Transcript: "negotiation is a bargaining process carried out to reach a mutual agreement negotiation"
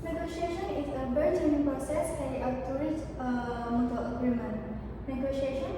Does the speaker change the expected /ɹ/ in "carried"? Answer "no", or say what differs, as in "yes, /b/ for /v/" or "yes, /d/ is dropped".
yes, /ɹ/ is dropped